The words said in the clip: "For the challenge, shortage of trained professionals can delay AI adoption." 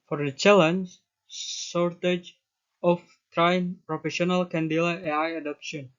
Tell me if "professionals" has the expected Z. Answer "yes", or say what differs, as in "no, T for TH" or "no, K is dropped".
no, Z is dropped